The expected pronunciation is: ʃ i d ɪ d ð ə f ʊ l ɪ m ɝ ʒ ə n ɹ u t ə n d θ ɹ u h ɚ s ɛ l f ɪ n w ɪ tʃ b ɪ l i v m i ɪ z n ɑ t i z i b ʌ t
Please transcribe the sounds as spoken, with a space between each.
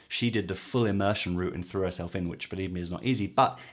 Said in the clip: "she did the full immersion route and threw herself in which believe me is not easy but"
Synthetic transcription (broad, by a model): ʃ i d ɪ d ð ə f ʊ l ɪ m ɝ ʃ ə n ɹ u t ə n θ ɹ u h ɚ s ɛ l f ɪ n w ɪ tʃ b ɪ l i v m i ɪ z n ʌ t i z i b ʌ t